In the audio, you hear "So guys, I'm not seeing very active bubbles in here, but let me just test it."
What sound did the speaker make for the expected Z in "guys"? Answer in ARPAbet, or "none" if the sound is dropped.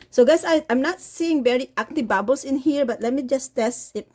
none